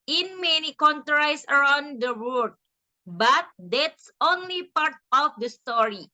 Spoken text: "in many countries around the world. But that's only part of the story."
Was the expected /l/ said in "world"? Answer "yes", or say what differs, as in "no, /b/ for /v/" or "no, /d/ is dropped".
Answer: no, /l/ is dropped